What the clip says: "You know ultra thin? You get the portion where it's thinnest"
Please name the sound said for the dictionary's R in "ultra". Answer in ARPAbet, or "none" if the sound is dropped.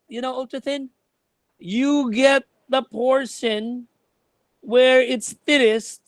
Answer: none